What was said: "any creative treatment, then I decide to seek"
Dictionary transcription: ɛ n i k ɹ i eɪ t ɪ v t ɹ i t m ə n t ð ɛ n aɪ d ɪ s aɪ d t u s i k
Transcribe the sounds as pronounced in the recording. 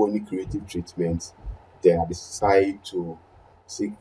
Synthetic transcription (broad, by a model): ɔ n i k ɹ i eɪ t ɪ v t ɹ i t m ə n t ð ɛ aɪ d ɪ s aɪ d t u s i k